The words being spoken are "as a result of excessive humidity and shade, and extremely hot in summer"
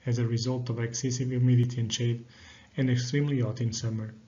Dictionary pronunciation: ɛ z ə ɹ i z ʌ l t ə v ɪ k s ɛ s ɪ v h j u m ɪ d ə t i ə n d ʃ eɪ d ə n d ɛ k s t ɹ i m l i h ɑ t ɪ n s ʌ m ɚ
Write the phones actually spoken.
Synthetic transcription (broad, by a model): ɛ z ə ɹ i z ʌ l t ə v ɪ k s ɛ s ɪ v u m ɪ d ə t i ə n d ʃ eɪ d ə n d ɛ k s t ɹ i m l i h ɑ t ɪ n s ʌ m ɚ